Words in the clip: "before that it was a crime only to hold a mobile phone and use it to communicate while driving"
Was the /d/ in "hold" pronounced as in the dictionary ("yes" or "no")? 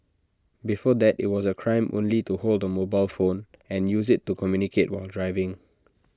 yes